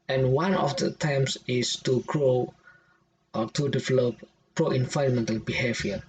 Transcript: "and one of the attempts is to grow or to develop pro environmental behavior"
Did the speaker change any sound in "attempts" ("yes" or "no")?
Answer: yes